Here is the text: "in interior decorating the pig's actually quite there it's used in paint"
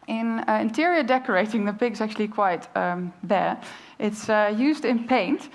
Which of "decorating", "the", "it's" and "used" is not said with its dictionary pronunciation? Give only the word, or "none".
none